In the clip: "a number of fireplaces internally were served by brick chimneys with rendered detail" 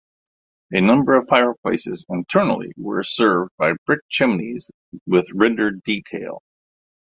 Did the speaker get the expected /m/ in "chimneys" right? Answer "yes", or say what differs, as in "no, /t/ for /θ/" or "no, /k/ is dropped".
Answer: yes